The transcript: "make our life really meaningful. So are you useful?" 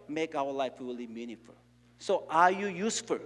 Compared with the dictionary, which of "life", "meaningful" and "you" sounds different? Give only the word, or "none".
meaningful